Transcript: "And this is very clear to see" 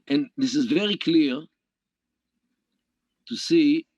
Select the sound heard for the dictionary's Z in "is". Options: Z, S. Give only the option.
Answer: Z